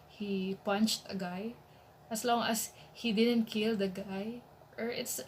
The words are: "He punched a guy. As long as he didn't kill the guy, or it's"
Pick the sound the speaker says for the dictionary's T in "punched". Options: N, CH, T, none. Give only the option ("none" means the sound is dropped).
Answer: T